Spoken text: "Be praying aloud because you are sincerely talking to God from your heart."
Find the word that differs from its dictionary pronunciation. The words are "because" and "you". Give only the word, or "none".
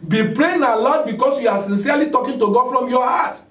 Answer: because